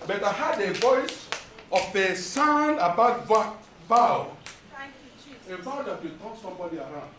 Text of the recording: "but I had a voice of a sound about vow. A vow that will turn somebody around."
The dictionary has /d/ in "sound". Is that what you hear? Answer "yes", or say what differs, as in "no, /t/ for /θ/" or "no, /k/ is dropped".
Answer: no, /d/ is dropped